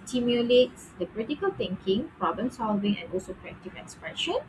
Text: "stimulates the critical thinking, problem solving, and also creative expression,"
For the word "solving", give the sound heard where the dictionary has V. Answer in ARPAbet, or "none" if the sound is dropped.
V